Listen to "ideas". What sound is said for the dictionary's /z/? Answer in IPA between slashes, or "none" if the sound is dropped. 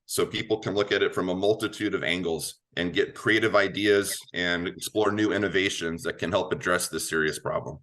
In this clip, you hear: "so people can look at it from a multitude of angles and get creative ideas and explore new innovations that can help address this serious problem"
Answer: /z/